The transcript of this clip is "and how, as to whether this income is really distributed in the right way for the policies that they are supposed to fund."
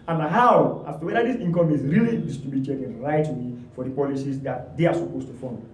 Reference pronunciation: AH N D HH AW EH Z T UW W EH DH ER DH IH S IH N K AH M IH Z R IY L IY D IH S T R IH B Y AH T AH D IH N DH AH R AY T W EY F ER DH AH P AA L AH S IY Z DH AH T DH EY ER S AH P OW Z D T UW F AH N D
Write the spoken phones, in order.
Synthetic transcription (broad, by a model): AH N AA HH AW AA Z T UW W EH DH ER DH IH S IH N K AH M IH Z R IY L IY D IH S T IH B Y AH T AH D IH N R AY T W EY F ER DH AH P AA L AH S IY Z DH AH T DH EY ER S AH P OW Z T UW F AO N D